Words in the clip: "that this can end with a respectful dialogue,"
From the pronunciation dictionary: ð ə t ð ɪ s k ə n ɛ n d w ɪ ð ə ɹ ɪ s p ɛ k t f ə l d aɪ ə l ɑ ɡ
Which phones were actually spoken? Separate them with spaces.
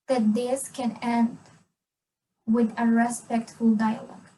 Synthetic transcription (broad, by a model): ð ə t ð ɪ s k ə n ɛ n d w ɪ ð ə ɹ ɪ s p ɛ k t f ə l d aɪ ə l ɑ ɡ